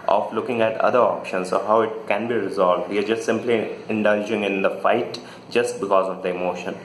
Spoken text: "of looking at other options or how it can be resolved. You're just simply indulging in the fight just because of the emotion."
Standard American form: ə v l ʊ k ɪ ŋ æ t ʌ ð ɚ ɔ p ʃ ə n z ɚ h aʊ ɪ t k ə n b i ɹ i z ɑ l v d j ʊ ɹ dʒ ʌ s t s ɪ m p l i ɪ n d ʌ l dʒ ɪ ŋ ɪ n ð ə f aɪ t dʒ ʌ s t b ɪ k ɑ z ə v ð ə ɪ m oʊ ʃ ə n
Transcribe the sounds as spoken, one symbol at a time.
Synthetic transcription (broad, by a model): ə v l ʊ k ɪ ŋ æ t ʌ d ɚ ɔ p ʃ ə n s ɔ h aʊ ɪ t k ə n b i ɹ i z ɑ l v d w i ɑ dʒ ʌ s t s ɪ m p l i ɪ n d ʌ l dʒ ɪ ŋ ɪ n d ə f aɪ t dʒ ʌ s t b ɪ k ɑ z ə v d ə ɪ m oʊ ʃ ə n